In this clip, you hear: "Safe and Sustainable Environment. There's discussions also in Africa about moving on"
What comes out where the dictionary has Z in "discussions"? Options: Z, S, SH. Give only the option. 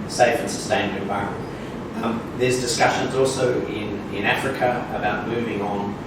Z